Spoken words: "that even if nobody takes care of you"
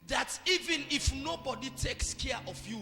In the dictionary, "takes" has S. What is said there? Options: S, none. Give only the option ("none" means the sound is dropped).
S